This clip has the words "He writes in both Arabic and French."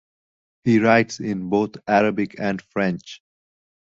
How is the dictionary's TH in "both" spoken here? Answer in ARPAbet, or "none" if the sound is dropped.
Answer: T